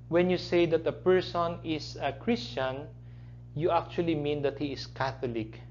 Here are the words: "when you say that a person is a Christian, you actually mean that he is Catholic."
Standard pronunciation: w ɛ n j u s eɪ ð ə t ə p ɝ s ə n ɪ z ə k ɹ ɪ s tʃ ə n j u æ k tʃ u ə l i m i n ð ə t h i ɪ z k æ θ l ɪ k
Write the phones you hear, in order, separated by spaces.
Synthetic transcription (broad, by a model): w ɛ n j u s eɪ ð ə t ə p ɝ s ə n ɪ s ə k ɹ ɪ s tʃ ə n j u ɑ k tʃ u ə l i m i n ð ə t h i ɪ s k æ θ l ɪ k